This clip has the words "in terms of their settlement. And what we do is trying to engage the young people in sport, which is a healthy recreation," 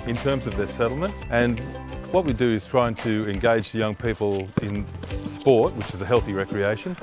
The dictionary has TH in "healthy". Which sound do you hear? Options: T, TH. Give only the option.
TH